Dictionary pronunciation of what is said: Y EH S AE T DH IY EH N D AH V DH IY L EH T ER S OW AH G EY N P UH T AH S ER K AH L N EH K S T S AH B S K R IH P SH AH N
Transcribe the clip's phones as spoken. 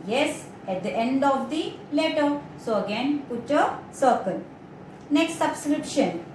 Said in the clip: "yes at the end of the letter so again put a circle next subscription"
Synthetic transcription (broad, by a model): Y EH S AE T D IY EH N D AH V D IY L EH T ER S OW AH G EY N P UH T AH S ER K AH L N EH K S T S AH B S K R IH P SH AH N